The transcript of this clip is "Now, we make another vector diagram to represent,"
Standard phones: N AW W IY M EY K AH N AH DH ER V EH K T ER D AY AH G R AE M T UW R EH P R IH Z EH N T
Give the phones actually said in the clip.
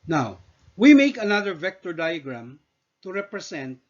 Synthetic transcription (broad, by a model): N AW W IY M EY K AH N AH DH ER V EH K T ER D AY AH G R AE M T UW R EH P R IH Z EH N T